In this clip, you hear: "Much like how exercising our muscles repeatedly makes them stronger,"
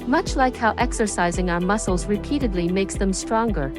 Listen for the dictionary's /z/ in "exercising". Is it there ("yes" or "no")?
yes